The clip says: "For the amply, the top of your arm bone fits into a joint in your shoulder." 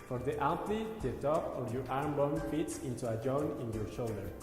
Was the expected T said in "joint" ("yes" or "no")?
no